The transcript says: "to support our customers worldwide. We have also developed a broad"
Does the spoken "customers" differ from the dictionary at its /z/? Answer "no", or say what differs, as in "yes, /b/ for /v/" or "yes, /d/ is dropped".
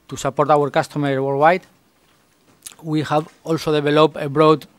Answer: yes, /z/ is dropped